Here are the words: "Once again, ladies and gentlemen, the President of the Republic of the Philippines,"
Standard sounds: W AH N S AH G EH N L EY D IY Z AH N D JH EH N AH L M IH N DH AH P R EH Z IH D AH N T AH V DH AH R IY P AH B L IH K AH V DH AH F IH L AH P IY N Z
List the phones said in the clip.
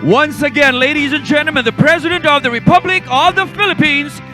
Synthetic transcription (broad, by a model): W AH N S AH G EH N L EY D IY Z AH N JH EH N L M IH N DH AH P R EH Z IH D AH N T AH V DH AH R IY P AH B L IH K AH V DH AH F IH L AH P IY N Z